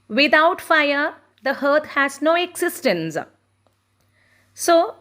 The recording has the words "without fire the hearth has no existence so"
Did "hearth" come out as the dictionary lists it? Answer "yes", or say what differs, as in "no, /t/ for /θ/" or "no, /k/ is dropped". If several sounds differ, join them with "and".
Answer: no, /t/ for /θ/